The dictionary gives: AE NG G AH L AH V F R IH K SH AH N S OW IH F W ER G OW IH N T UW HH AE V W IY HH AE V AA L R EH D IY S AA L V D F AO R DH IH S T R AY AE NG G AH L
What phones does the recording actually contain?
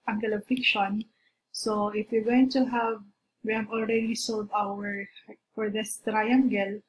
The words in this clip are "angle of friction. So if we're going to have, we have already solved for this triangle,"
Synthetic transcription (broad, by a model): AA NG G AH L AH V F IH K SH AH N S OW IH F W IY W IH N T UW HH AE V W IY HH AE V AA L R EH D IY S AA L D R F AO R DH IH S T R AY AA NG G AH L